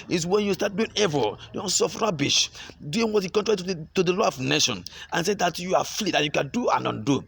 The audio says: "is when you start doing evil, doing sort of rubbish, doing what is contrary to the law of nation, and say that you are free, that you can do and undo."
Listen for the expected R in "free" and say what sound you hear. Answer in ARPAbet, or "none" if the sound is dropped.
L